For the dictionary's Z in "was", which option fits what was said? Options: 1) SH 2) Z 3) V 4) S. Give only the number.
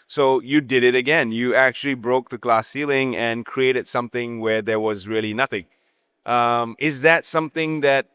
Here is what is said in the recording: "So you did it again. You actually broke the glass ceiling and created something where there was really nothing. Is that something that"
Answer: 2